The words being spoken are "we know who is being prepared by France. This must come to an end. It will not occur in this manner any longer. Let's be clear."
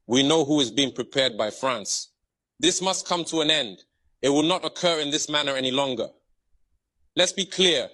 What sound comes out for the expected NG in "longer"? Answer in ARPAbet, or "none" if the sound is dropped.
NG